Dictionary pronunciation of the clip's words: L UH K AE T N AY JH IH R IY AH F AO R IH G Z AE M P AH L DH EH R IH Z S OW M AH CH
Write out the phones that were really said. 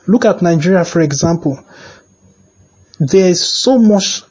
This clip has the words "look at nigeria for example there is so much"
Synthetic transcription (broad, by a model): L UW K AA T N AY JH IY R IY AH F AO R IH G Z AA M P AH L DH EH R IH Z S OW M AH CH